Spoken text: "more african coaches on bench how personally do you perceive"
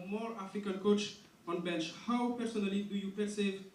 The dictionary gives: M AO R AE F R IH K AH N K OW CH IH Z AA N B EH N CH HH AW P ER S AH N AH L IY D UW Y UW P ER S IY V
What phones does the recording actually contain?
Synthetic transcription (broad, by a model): M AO R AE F IH K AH L K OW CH AA N B EH N CH HH AW P ER S AH N AH L IY D UW Y UW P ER S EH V